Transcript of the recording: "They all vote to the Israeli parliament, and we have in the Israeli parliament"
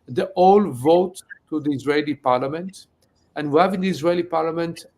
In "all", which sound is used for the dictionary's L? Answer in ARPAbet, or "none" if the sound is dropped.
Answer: L